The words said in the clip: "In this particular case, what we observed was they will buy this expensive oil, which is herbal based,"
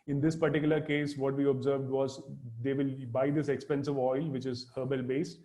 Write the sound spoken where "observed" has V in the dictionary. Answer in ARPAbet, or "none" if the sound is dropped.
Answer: V